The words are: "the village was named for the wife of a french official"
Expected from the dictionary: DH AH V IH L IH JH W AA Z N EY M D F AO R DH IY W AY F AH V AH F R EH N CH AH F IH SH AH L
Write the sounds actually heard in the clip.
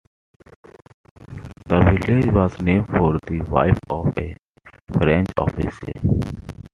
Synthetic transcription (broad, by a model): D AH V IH L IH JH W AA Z N EY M F AO R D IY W AY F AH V AH F R EH N CH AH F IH S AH